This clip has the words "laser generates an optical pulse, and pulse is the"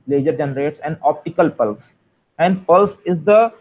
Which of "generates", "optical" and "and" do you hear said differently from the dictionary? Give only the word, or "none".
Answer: none